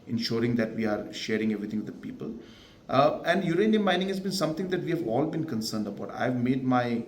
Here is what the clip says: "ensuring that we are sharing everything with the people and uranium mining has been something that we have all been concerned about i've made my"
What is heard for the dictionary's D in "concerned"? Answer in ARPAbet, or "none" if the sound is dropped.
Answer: D